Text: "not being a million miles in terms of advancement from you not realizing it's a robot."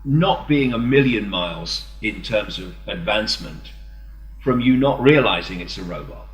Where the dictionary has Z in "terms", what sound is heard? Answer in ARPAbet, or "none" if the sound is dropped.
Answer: Z